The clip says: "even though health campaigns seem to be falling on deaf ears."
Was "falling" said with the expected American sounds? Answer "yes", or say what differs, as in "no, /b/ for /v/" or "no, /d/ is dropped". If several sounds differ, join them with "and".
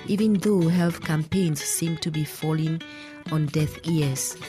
yes